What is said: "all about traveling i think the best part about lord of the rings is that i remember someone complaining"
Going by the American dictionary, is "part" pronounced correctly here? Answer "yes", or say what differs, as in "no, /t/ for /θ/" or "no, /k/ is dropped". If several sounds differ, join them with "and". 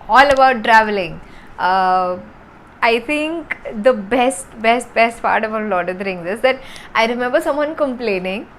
no, /b/ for /p/